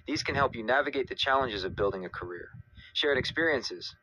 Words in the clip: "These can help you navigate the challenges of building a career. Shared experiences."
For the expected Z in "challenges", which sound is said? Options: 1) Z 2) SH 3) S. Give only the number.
1